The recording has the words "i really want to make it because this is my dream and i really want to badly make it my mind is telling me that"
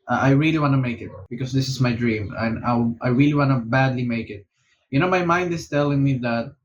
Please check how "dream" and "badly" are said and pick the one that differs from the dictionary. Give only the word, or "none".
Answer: none